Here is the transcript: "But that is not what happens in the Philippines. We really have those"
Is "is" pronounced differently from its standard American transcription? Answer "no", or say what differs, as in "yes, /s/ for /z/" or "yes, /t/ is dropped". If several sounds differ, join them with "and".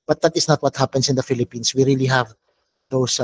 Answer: yes, /s/ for /z/